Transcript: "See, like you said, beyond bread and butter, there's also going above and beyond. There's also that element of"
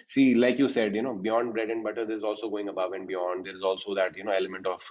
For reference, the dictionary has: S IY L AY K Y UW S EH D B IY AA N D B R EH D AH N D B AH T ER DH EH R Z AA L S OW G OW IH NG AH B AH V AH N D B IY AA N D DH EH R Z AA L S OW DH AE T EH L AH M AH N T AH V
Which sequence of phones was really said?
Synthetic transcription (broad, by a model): S IY L AY K Y UW S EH D B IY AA N D B R EH D AH N D B AH T ER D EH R Z AA L S OW G OW IH NG AH B AH V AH N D B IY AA N D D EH R Z AA L S OW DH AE T EH L AH M AH N T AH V